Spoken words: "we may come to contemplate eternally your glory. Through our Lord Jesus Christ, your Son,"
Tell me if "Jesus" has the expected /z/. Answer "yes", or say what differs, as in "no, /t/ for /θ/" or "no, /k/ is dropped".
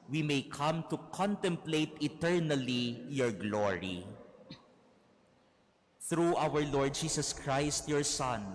no, /s/ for /z/